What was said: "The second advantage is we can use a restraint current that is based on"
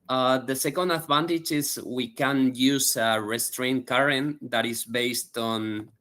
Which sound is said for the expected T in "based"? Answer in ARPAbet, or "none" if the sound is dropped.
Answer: T